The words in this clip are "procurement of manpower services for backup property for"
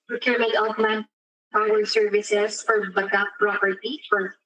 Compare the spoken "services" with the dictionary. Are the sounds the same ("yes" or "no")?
no